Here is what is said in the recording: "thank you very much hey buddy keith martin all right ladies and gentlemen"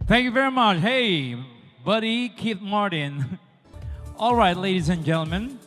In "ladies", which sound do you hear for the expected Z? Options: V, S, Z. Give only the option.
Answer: Z